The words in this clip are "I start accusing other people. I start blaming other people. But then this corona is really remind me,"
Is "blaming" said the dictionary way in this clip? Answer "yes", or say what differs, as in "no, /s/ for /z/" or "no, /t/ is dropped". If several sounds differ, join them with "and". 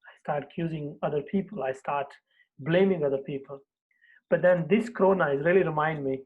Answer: yes